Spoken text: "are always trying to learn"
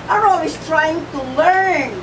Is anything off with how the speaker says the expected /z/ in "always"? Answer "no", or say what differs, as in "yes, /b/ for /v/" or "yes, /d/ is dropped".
yes, /s/ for /z/